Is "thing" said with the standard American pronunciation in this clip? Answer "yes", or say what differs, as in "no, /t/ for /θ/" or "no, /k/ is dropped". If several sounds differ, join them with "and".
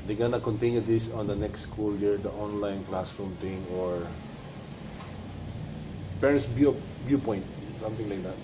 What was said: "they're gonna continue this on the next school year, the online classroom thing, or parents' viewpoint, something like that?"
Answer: no, /t/ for /θ/